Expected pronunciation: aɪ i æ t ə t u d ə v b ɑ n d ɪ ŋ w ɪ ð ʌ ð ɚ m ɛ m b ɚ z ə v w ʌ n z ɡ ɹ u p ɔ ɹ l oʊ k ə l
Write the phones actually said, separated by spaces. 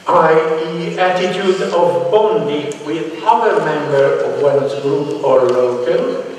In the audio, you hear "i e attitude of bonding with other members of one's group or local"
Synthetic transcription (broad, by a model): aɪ i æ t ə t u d ə v b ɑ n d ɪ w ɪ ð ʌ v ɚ m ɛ m b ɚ ə v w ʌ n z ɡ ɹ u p ɔ ɹ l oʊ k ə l